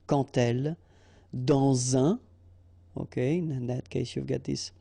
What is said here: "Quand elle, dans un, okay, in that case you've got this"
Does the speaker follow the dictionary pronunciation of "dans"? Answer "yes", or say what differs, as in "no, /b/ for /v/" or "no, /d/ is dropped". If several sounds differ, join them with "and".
no, /n/ is dropped